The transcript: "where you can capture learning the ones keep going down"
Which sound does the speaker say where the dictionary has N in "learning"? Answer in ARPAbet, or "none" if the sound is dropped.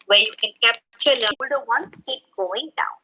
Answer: none